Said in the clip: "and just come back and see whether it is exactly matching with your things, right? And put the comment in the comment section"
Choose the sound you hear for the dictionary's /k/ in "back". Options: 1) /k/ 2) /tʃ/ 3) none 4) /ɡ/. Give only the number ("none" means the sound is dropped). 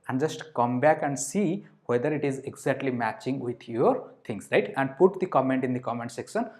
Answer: 1